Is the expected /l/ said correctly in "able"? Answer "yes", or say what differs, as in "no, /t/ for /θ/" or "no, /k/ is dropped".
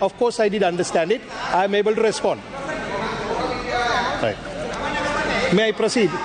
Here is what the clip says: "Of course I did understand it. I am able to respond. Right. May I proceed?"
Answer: yes